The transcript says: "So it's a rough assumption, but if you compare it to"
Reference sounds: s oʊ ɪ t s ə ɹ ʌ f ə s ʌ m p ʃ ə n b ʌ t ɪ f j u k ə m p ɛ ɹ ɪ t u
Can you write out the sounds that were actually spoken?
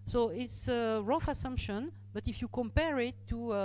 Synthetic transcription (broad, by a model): s oʊ ɪ t s ə ɹ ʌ f ə s ʌ m p ʃ ə n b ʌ t ɪ f j u k ə m p ɛ ɹ ɪ t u